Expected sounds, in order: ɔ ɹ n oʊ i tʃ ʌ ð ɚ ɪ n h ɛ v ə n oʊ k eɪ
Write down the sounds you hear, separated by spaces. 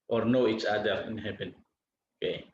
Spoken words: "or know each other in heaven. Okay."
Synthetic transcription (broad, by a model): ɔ ɹ n oʊ i tʃ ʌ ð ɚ ɪ n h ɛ p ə n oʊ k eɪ